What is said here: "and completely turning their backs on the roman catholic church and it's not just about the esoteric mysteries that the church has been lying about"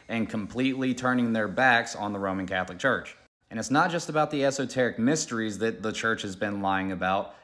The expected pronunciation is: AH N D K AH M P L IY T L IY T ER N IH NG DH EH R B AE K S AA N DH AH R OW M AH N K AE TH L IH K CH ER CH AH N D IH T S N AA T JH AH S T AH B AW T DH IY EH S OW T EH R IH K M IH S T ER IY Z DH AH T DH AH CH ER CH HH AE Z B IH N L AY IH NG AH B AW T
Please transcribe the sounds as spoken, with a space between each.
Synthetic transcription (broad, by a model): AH N K AH M P L IY T L IY T ER N IH NG DH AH R B AE K S N DH AH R OW M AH N K AE TH L IH K CH ER CH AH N IH T S N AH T JH AH S T AH B AW T DH IY EH S OW T EH R IH K M IH S T ER IY Z DH AH T DH AH CH ER CH HH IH Z B IH N L AY IH NG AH B AW T